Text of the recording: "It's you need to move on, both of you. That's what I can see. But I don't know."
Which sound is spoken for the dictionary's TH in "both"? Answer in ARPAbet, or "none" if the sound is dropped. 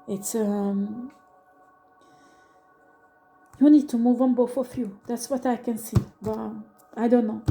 F